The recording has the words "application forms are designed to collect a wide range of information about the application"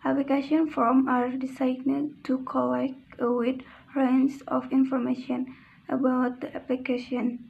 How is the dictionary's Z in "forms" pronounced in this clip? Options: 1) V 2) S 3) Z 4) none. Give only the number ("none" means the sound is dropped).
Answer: 4